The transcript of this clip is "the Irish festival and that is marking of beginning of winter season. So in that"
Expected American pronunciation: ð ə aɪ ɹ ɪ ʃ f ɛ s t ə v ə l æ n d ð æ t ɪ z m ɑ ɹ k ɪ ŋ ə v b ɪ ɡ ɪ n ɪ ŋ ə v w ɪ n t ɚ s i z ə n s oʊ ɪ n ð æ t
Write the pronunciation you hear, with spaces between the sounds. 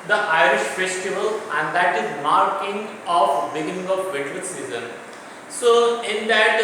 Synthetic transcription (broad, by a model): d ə aɪ ɹ ɪ ʃ f ɛ s t ə v ə l æ n d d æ t ɪ z m ɑ ɹ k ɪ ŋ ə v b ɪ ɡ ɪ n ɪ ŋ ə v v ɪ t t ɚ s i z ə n s oʊ ɪ n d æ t